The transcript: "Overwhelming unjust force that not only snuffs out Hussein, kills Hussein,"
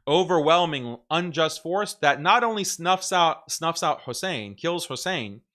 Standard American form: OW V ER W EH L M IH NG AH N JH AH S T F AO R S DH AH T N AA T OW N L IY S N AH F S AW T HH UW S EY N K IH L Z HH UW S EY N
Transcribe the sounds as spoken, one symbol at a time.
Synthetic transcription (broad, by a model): OW V ER W EH L M IH NG AH N JH AH S T F AO R S DH AH T N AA T OW N L IY S N AH F S AW T HH UW S EY N K IH L Z HH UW S EY N